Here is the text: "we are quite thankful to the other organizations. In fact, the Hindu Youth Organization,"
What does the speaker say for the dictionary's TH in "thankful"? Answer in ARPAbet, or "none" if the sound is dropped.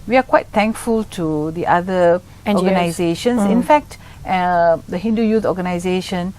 T